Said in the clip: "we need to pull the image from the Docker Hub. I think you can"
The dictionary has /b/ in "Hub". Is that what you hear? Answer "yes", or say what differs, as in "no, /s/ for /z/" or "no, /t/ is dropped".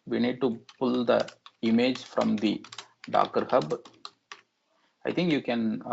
yes